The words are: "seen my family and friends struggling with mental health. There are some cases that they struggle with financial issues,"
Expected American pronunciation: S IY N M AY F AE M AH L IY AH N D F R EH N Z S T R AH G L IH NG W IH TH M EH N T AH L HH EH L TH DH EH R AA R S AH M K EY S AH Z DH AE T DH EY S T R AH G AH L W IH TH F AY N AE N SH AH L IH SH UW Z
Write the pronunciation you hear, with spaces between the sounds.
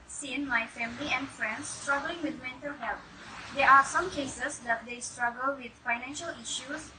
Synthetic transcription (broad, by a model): S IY N M AY F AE M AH L IY AH N D F R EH N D S T R AH G L IH NG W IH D M EH N T AH L HH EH L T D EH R AA R S AH M K EY S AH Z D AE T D EY S T R AH G AH L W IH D F AY N AE N SH AH L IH SH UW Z